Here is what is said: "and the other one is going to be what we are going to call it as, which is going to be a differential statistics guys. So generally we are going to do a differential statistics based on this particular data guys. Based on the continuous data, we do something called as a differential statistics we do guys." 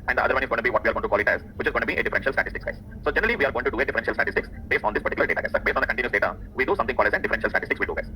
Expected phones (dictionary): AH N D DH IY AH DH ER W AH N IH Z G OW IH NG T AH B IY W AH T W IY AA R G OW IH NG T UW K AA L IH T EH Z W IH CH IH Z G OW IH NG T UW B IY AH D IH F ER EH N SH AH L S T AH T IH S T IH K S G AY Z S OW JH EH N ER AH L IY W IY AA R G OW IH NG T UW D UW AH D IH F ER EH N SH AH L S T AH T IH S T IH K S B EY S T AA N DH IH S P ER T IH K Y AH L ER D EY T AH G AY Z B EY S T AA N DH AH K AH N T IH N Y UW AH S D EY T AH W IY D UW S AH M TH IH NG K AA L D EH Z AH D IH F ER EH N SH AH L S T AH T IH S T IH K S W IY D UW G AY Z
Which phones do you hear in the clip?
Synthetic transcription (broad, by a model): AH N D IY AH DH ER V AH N IH Z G OW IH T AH B IY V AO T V IY AA R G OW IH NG T UW K AA L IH T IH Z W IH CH IH Z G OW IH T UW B IY AH D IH F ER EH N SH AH L S T AH T IH S T IH K S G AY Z S OW JH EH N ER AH L IY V IY AA R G OW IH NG T UW D UW AH D IH F ER EH N SH AH L S T AH T IH S T IH K S B EY S T AA N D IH S P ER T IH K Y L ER D EY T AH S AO B EY S T AA N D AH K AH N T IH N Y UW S D EY T AH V IY D UW S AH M T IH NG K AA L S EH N D IH F ER EH N SH AH L S T AH T IH S T IH K S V IY D UW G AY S